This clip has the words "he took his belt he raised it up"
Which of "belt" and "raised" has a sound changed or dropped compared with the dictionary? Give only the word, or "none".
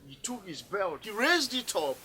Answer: none